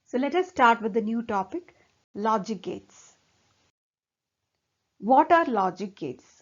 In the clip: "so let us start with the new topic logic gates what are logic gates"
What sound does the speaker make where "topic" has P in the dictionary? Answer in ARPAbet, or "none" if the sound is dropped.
P